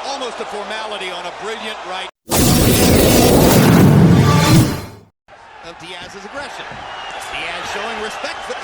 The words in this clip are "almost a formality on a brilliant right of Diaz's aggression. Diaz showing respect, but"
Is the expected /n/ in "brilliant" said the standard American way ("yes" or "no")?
yes